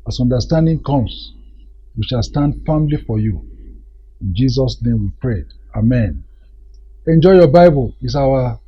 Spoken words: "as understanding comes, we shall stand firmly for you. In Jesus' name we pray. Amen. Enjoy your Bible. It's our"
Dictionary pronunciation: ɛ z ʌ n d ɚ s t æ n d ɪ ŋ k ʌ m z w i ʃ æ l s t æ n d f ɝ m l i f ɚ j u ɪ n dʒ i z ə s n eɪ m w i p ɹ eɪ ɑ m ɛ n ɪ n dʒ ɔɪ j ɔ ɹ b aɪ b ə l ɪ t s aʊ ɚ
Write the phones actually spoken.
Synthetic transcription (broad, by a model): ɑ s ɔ n d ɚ s t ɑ n d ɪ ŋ k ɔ m s w i ʃ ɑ l s t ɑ n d f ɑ m l i f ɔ j u ɪ n dʒ i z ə s n eɪ m w i p ɹ eɪ ɑ m ɛ n ɪ n dʒ ɔɪ j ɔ b aɪ b ə l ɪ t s aʊ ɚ